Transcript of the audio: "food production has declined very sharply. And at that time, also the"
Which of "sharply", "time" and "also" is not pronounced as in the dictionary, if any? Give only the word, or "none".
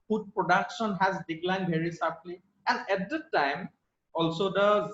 sharply